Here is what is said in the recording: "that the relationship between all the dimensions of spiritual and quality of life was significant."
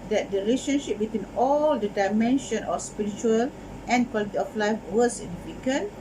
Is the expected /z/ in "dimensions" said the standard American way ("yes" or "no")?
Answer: no